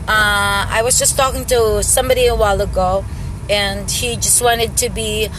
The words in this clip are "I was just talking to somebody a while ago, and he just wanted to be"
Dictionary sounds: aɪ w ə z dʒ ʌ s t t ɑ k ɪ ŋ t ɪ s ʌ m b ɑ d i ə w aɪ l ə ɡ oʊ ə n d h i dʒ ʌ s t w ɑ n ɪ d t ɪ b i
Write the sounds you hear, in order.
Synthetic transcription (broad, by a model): aɪ w ə z dʒ ʌ s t t ɑ k ɪ ŋ t ɪ s ʌ m b ɑ d i ə w aɪ l ə ɡ oʊ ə n h i dʒ ʌ s t w ɑ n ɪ d t ɪ b i